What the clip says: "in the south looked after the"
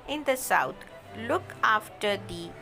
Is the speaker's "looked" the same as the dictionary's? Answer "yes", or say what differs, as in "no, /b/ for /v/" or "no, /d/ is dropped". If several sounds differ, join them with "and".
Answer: no, /t/ is dropped